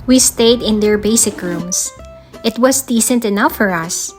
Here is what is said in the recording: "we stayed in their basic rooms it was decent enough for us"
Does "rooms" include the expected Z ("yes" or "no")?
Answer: no